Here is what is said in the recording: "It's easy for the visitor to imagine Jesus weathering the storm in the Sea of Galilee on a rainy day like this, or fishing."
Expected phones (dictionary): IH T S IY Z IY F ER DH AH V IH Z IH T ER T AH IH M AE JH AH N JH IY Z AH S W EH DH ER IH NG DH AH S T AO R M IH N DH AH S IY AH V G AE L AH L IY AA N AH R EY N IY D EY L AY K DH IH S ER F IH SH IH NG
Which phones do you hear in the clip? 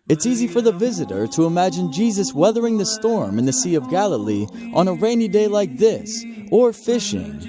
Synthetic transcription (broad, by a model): IH T S IY Z IY F ER DH AH V IH Z IH T ER T AH IH M AE JH AH N JH IY Z AH S W EH DH ER IH NG DH AH S T AO R M IH N DH AH S IY AH V G AE L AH L IY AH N AH R EY N IY D EY L AY K DH IH S ER F IH SH IH NG